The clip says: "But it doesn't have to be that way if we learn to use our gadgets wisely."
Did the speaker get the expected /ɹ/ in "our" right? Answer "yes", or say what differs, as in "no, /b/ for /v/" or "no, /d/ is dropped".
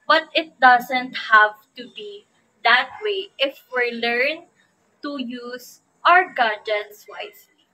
yes